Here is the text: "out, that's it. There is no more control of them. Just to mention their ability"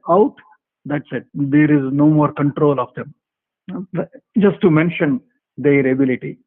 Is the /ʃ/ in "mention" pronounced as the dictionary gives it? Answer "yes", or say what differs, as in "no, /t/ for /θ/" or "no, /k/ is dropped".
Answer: yes